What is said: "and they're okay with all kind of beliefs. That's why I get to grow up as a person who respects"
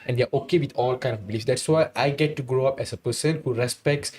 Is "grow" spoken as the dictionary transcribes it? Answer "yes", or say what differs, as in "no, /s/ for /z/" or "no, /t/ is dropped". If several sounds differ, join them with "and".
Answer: yes